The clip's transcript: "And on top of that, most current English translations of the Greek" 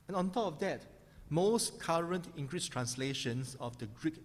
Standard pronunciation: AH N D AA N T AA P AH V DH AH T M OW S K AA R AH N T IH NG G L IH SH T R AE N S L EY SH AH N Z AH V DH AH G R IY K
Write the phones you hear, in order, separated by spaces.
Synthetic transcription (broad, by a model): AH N AA N T AA P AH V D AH T M OW S K AA R AH N T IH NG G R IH S T R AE N S L EY SH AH N S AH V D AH G R IY K